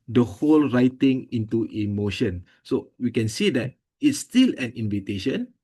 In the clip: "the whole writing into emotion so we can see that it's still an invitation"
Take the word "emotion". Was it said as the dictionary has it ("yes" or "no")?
yes